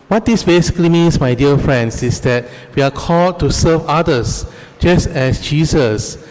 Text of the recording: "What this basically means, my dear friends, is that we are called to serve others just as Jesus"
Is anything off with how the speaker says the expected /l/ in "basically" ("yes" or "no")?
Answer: no